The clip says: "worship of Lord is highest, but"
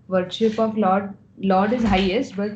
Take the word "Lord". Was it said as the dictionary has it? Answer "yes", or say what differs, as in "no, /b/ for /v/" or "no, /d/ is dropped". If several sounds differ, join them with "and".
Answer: no, /l/ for /ɹ/